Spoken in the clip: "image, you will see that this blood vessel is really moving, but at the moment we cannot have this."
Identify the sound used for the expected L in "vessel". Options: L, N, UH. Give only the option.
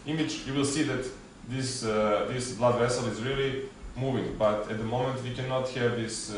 L